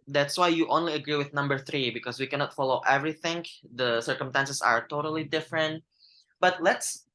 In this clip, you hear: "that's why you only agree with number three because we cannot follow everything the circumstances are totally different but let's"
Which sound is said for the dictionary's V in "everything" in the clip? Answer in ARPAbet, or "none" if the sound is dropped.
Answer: V